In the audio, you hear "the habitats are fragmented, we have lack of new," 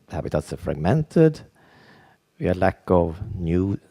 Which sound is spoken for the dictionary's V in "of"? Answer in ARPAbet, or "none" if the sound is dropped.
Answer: V